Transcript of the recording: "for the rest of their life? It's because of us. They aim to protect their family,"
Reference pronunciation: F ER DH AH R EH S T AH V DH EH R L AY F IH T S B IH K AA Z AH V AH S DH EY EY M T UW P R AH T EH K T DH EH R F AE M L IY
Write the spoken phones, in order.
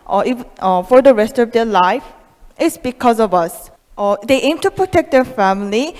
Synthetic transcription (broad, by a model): F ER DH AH R EH S T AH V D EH L AY F IH T S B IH K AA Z AH V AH S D EY EY M T UW P R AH T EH K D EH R F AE M L IY